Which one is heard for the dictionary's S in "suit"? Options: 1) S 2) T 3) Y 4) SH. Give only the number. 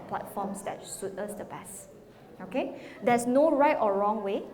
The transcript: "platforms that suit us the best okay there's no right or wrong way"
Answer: 4